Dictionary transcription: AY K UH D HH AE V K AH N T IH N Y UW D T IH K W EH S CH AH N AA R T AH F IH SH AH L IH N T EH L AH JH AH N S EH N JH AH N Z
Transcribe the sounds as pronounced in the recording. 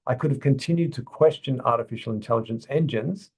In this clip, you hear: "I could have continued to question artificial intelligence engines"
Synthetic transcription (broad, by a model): AY K UH D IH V K AH N T IH N Y UW D T IH K W EH S CH AH N AA R T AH F IH SH L IH N T EH L AH JH AH N S EH N JH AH N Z